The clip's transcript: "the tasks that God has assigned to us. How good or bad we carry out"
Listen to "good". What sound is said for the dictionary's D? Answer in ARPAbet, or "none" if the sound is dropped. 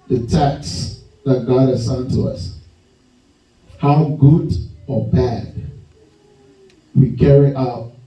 D